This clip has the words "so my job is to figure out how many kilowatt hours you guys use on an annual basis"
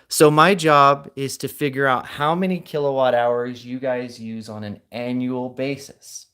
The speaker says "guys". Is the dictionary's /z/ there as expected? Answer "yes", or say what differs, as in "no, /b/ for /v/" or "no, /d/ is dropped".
yes